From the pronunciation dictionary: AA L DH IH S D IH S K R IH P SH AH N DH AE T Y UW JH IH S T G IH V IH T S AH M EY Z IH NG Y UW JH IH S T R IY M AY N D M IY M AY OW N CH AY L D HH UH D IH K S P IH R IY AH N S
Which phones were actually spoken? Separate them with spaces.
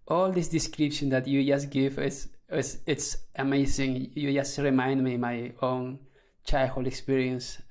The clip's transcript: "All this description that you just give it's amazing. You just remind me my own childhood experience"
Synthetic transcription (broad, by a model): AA L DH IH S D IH S K R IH P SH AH N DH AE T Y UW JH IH S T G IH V IH T S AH M EY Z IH NG Y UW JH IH S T R IY M AY N D M IY M AY OW N CH AY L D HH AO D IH K S P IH R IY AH N S